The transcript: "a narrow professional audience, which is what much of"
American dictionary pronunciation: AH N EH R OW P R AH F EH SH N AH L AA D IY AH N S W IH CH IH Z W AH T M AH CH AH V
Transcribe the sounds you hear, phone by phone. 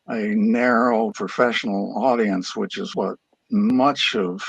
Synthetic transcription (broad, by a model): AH N EH R OW P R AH F EH SH N L AA D IY AH N S W IH CH IH Z W AH T M AH CH AH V